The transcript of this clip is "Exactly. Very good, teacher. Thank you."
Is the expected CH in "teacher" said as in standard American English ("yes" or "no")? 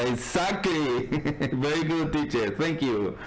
yes